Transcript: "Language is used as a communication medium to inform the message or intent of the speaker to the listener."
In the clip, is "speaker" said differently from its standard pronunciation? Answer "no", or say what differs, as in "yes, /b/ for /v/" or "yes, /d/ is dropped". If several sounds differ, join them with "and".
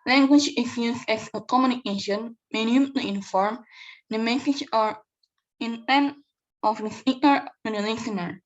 yes, /p/ is dropped